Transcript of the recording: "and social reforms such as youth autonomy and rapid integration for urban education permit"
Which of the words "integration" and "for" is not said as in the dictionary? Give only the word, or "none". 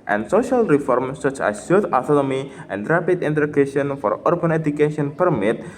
integration